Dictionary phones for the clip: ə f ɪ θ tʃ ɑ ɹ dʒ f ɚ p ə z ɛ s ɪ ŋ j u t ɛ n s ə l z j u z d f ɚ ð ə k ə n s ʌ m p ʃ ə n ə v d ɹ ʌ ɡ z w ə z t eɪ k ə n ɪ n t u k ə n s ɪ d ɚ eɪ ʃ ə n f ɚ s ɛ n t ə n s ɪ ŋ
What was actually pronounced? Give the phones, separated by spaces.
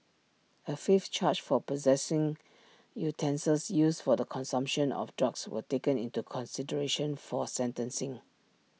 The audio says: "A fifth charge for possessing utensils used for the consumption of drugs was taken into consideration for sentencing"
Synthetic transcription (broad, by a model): ə f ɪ f tʃ ɑ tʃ f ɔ p ə z ɛ s ɪ ŋ j u t ɛ n s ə l s j u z f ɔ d ə k ə n s ʌ m p ʃ ə n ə f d ɹ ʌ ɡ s w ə t eɪ k ə n ɪ n t u k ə n s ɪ d ɚ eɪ ʃ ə n f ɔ s ɛ n t ə n s ɪ ŋ